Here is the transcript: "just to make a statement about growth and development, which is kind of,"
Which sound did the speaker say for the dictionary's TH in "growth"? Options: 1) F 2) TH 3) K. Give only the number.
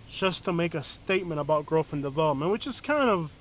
1